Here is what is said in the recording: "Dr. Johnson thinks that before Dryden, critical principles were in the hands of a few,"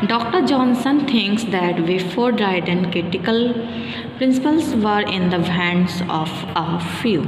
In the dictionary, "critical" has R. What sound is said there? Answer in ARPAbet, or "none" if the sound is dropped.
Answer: R